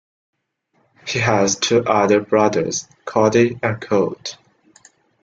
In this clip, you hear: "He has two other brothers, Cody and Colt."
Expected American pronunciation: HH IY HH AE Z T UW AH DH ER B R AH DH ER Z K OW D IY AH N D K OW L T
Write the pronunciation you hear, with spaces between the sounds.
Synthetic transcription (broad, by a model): HH IY HH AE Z T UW AH DH ER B R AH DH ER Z K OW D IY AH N K OW T